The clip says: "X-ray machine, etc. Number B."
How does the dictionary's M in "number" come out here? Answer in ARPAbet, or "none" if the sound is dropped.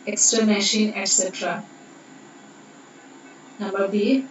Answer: M